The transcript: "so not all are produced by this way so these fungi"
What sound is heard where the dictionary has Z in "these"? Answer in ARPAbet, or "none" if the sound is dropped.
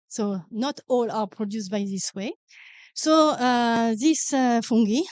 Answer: S